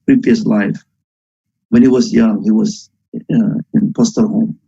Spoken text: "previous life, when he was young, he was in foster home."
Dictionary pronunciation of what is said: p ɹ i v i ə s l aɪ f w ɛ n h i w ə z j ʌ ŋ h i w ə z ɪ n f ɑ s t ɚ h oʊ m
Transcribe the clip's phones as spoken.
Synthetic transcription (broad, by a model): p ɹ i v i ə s l aɪ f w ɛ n h i w ə z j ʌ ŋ h i w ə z ɪ n p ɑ s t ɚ h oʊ m